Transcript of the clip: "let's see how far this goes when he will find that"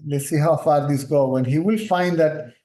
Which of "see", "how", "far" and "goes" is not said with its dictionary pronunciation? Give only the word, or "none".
goes